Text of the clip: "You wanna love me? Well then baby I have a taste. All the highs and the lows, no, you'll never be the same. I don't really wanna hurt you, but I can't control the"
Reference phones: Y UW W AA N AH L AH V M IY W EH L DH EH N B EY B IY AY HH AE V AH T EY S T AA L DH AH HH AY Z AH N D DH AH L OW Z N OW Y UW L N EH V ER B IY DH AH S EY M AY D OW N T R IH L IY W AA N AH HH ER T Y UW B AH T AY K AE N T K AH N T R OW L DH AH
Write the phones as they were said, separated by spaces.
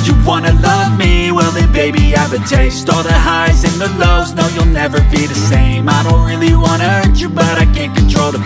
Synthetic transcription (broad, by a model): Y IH W AA N AH L AH V M IY W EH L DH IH B EY B IY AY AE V AH T EY S T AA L DH AH HH AY Z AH N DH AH L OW Z N OW Y UW L N EH V ER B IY DH AH S EY M AY D OW N T R IH L IY W AA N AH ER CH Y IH B AH T AY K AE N K AH N T R OW L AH